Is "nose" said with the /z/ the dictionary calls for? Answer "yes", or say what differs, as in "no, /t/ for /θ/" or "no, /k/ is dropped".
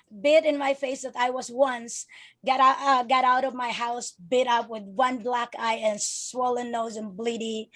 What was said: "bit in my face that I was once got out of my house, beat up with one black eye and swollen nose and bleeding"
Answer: yes